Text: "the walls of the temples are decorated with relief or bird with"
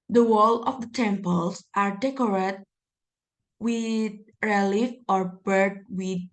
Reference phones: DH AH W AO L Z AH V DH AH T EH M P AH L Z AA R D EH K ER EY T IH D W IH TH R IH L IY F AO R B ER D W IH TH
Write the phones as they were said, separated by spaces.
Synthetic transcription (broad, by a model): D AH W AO L AH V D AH T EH M P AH L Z AA R D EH K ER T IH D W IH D R IH L IY F AO R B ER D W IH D